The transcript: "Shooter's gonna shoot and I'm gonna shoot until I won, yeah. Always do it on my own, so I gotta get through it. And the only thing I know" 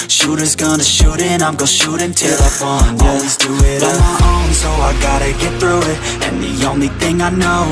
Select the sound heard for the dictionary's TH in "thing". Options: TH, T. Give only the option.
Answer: TH